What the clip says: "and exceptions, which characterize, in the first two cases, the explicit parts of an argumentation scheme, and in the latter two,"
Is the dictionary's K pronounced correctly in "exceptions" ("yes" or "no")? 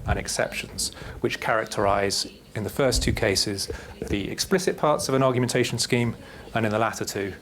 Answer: yes